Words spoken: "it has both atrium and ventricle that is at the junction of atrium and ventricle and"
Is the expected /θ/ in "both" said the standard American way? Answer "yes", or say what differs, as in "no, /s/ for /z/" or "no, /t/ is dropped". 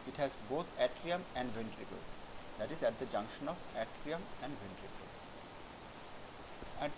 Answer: no, /t/ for /θ/